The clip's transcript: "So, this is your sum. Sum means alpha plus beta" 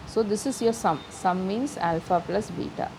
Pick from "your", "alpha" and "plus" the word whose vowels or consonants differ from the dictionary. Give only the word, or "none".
none